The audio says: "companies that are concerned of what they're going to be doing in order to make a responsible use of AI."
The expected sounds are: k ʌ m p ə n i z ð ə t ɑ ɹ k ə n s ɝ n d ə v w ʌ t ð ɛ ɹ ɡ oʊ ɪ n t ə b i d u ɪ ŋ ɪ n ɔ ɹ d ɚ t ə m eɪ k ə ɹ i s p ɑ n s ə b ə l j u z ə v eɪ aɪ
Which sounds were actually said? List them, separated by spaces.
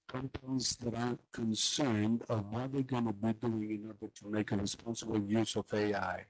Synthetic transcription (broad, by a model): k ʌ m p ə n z ð ə t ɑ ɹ k ə n s ɝ n d ə v w ʌ t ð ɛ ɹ ɡ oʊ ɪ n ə b i d u ɪ ŋ ɪ n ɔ ɹ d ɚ t ə m eɪ k ə ɹ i s p ɑ n s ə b l j u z ə v eɪ aɪ